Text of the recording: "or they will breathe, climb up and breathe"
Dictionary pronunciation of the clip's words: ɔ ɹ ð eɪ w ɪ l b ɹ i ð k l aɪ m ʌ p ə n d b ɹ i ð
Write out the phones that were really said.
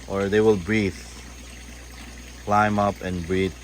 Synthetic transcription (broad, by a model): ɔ ɹ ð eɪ w ɪ l b ɹ i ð k l aɪ m ʌ p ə n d b ɹ i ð